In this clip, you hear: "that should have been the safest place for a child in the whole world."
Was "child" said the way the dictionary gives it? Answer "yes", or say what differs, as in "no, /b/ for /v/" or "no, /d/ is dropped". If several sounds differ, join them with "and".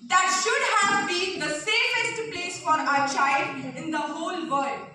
yes